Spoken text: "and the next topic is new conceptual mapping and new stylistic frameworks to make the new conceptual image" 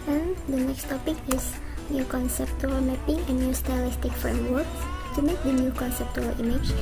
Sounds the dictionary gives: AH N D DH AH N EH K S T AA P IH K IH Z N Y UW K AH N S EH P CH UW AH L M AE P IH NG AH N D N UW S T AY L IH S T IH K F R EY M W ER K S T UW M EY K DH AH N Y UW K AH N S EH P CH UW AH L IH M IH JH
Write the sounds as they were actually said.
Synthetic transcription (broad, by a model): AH N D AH N EH K S T AA P IH K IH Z N Y UW K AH N S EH P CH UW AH L M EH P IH NG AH N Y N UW S T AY L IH S T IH K F R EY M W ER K T UW M EY K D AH N Y UW K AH N S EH P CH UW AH L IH M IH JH